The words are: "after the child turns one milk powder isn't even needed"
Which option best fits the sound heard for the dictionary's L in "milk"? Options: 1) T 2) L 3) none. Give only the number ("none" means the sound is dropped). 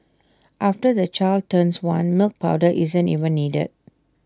2